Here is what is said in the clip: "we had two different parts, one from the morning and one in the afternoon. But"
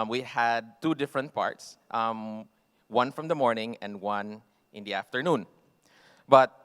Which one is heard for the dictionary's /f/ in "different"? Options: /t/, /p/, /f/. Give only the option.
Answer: /f/